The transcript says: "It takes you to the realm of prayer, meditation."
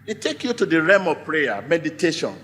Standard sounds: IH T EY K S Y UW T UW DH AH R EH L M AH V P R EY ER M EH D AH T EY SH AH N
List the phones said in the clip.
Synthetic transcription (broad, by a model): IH T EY K Y UW T UW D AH R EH M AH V P R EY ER M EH D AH T EY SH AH N